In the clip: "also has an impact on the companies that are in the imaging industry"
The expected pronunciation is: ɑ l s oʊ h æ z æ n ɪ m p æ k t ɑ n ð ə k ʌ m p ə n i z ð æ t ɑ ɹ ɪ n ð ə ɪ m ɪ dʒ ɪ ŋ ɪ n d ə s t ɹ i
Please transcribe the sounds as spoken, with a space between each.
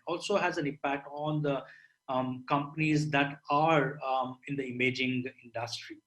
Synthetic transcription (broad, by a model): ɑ l s oʊ h æ z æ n ɪ m p æ k t ɑ n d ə k ʌ m p ə n i z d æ t ɑ ɹ ɪ n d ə ɪ m ɪ dʒ ɪ ŋ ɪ n d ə s t ɹ i